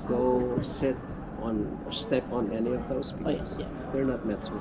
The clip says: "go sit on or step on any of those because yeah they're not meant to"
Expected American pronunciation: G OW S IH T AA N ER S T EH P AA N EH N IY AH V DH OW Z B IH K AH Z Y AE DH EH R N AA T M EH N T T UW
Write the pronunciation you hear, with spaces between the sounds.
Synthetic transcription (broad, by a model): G OW S IH T AA N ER S T EH P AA N EH N IY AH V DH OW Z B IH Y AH S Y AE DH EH R N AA T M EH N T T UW